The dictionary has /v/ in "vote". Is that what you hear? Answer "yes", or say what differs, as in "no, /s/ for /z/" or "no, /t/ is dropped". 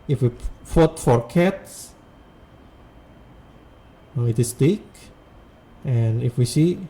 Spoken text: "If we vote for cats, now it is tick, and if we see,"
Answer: no, /f/ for /v/